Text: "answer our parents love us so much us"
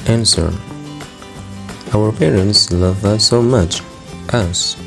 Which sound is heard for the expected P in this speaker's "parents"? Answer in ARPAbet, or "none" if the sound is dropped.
P